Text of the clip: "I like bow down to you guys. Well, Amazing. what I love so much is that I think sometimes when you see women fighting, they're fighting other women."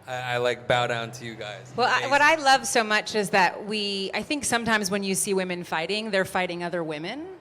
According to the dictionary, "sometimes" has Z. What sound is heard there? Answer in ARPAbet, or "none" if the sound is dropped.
Z